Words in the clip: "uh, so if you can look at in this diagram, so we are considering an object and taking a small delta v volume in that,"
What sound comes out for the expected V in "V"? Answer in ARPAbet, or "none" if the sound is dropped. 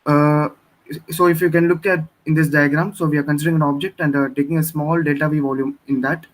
V